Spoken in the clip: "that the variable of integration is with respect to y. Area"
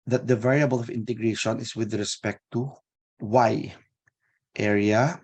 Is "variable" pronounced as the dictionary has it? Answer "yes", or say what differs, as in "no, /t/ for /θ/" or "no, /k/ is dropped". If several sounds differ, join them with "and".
yes